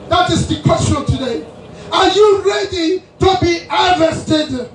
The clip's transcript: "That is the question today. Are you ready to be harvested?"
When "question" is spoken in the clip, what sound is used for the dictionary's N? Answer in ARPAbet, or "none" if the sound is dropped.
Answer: L